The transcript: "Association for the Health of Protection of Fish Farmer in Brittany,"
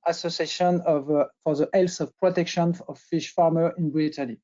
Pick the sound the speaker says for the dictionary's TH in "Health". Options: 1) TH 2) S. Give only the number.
2